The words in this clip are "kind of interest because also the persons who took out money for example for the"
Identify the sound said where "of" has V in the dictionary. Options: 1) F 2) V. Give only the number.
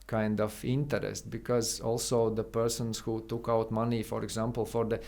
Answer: 1